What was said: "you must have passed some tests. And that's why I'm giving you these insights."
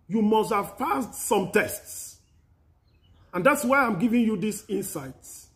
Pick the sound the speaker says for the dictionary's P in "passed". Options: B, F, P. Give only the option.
F